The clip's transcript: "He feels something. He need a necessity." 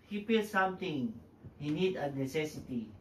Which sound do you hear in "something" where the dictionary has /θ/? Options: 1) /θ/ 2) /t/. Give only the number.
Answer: 2